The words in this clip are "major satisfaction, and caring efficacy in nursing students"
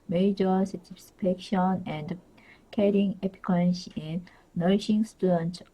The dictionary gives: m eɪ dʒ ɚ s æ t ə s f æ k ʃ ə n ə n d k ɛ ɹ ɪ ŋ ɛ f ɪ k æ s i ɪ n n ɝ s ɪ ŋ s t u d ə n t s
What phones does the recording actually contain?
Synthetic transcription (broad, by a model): m eɪ dʒ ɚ s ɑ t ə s p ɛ k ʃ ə n ə n d k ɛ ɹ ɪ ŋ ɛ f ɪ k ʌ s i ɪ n n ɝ ʃ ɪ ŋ s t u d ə n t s